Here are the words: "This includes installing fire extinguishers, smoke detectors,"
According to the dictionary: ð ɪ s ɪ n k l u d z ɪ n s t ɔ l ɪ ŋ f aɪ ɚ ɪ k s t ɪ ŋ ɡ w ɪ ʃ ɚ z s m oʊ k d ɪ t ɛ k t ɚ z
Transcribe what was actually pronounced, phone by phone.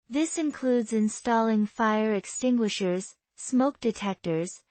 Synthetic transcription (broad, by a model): ð ɪ s ɪ n k l u d z ɪ n s t ɔ l ɪ ŋ f aɪ ɚ ɪ k s t ɪ ŋ ɡ w ɪ ʃ ɚ z s m oʊ k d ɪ t ɛ k t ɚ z